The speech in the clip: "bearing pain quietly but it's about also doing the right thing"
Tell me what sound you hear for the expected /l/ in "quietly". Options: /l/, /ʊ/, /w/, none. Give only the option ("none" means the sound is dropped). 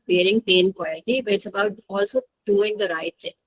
none